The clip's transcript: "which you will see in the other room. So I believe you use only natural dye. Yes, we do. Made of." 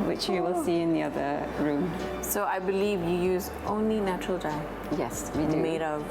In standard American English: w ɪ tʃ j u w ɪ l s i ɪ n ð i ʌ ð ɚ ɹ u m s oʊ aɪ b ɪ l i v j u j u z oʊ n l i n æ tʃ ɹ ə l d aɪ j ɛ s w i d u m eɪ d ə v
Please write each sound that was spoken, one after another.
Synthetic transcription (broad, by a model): w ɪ tʃ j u w ɪ l s i ɪ n ð i ʌ ð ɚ ɹ u m s oʊ aɪ b ɪ l i v j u j u z oʊ n l i n æ tʃ ɹ ə l d aɪ j ɛ s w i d m eɪ d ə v